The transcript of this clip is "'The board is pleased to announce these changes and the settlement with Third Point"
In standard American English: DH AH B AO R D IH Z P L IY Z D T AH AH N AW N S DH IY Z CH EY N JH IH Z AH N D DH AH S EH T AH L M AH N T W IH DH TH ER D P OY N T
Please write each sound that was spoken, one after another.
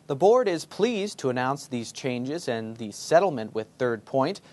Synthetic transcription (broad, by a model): DH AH B AO R D IH Z P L IY Z T AH AH N AW N S DH IY Z CH EY N JH IH Z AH N DH AH S EH T L M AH N T W IH DH TH ER D P OY N T